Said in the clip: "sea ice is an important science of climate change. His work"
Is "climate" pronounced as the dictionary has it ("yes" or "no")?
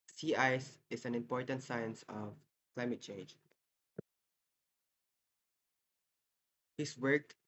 yes